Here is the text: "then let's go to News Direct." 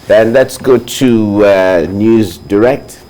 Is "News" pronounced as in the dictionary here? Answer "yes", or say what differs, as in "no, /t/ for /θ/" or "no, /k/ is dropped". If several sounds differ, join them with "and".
yes